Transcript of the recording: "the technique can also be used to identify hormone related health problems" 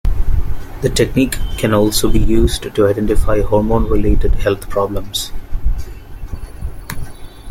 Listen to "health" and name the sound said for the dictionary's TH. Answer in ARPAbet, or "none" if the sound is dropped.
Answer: T